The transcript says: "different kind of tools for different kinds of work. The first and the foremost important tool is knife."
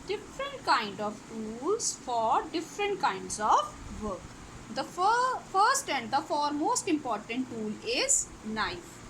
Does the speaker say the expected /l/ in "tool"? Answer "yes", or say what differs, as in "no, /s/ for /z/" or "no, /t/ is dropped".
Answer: yes